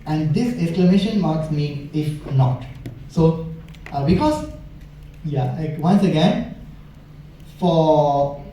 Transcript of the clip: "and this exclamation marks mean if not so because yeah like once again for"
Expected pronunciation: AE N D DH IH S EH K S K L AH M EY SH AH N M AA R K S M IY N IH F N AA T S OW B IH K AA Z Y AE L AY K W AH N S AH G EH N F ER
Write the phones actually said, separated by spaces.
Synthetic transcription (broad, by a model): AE N D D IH S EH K S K L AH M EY SH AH N M AA R K S M IY IH F N AA T S OW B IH K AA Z Y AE L AY K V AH N S AH G EH N F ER